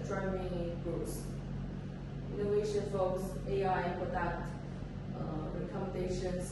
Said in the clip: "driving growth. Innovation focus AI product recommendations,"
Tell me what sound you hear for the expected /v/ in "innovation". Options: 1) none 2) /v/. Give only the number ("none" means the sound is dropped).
1